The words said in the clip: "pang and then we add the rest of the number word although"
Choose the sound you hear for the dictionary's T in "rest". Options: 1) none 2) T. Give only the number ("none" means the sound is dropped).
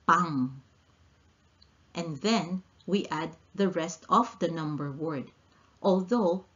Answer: 2